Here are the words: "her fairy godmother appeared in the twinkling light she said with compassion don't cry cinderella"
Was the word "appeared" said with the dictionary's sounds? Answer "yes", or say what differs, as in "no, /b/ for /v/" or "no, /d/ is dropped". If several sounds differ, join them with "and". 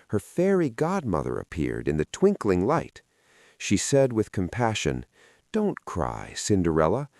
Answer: yes